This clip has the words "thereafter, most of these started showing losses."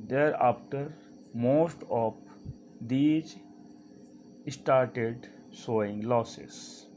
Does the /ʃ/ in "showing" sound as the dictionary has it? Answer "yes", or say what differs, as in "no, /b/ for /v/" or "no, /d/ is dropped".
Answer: no, /s/ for /ʃ/